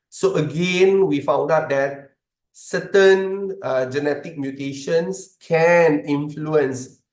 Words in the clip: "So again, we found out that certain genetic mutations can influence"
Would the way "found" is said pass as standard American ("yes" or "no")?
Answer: yes